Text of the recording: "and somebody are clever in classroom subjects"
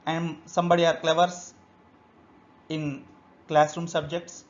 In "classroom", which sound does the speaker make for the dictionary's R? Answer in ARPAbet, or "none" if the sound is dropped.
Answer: R